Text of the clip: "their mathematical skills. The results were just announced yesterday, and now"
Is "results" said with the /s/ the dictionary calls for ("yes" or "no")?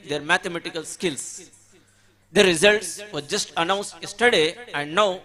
yes